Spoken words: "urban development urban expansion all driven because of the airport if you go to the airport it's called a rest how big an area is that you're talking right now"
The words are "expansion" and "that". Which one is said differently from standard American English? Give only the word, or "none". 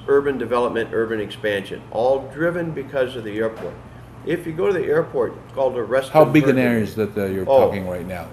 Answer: none